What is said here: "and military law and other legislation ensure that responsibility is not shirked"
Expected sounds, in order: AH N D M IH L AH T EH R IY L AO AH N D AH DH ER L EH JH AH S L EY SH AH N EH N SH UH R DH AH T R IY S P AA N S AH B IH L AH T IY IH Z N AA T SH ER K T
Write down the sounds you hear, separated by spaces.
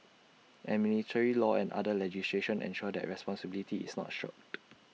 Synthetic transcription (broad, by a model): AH M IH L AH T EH R IY L AO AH N D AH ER L EH JH AH S L EY SH AH N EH N SH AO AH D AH T R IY S P AA N S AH B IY L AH T IY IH S N AA T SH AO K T